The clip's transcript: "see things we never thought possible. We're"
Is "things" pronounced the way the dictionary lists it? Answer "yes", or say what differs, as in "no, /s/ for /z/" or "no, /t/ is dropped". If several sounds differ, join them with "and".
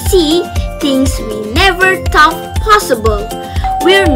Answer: no, /t/ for /θ/